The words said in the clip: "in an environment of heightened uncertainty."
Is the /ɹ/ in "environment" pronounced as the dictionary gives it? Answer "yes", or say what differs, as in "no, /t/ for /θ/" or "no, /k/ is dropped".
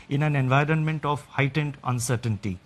yes